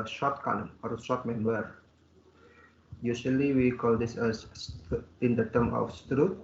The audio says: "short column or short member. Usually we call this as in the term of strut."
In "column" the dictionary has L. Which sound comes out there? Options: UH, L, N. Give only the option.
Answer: N